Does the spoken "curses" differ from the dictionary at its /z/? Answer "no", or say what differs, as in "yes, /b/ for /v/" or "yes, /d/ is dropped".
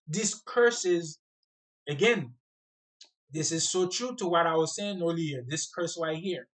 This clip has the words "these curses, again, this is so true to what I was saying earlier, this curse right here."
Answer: no